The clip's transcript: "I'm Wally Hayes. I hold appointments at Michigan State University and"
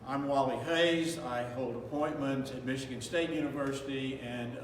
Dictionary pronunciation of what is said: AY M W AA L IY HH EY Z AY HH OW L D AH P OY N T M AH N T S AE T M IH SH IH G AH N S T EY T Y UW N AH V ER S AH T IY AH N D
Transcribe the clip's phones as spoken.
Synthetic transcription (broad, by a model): AY M W AA L IY HH EY Z AY HH OW L D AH P OY N M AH N T IH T M IH SH IH G AH N S T EY T Y UW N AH V ER S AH T IY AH N